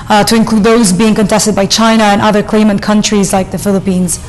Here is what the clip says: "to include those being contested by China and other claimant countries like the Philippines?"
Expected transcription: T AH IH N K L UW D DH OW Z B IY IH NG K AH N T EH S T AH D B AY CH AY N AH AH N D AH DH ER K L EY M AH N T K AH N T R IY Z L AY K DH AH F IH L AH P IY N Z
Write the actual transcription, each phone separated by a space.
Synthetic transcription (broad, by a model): T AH IH N K L UW D DH OW Z B IY IH NG K AH N T EH S T AH D B AY CH AY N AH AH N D AH DH ER K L EY M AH N K AH N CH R IY Z L AY K DH AH F IH L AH P IY N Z